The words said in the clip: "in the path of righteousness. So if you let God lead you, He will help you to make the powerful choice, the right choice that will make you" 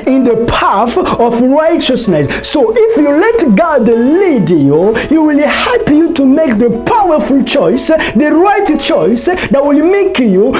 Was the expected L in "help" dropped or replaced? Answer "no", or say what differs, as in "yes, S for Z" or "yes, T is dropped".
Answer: yes, L is dropped